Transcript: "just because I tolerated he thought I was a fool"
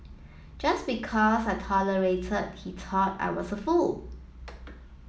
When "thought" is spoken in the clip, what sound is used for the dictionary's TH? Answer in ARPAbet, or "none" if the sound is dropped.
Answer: T